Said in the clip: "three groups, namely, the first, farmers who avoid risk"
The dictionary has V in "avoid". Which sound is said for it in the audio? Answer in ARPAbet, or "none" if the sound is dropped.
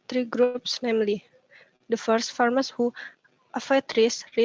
F